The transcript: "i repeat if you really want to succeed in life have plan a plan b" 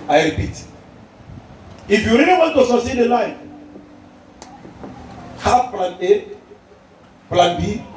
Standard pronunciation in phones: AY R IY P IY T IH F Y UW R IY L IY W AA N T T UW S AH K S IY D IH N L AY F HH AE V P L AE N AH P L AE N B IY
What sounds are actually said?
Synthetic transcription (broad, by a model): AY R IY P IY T IH F Y UW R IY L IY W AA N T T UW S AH S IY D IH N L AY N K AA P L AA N AH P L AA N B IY